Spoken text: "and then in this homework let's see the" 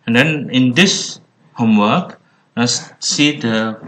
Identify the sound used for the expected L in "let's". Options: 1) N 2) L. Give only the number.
1